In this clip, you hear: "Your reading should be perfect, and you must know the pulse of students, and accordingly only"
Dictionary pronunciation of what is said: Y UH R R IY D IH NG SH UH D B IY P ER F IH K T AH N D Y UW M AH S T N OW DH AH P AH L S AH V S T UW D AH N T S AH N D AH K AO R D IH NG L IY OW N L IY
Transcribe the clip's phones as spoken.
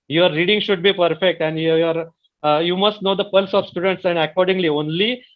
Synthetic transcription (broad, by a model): Y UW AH R IY D IH NG SH UH D B IY P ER F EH K T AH N D Y UW M AH S T N OW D AH P AH L S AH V S T UW D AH N T S AH N D AH K AO R D IH NG L IY OW N L IY